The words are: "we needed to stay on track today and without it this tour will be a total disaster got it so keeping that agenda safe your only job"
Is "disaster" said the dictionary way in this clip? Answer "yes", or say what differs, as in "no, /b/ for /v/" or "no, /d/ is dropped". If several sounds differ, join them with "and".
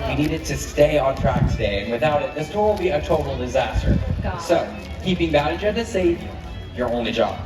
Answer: yes